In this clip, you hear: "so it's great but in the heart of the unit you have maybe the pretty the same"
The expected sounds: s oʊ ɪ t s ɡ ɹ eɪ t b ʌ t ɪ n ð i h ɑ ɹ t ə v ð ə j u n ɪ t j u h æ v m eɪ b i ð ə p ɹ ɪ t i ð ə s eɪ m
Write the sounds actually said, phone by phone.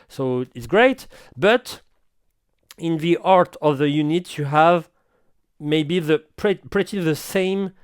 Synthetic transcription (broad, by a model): s oʊ ɪ t s ɡ ɹ eɪ t b ʌ t ɪ n ð i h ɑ ɹ t ə v ð ə j u n ɪ t j u h æ v m eɪ b i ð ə p ɹ ɪ t i ð ə s eɪ m